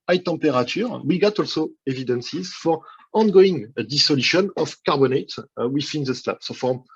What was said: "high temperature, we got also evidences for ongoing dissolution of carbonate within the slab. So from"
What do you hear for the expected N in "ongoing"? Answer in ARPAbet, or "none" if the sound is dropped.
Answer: N